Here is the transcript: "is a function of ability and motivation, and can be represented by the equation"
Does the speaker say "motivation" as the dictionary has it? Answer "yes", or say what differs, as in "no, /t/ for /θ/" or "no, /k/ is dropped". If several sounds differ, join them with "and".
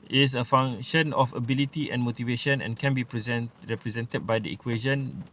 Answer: yes